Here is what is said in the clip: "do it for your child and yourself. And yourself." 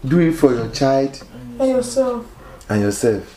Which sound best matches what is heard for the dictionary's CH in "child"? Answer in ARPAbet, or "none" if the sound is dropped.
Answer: CH